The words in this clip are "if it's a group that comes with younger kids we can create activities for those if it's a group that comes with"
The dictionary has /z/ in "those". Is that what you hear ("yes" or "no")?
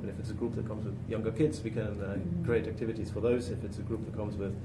yes